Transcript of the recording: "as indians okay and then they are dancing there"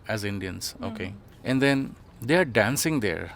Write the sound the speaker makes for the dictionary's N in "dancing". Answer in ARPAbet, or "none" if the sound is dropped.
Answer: N